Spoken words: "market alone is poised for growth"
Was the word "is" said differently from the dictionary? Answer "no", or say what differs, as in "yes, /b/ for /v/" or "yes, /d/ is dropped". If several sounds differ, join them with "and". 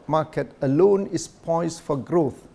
yes, /s/ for /z/